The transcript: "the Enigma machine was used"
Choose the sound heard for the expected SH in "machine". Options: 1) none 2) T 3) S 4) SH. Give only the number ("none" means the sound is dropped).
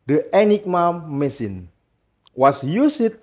3